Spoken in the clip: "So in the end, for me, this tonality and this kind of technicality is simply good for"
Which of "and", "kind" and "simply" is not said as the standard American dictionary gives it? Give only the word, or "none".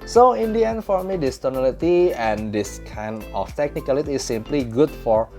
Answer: kind